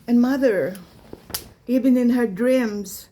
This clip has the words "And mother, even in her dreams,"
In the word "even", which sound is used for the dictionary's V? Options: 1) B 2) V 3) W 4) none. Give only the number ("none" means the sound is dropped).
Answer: 1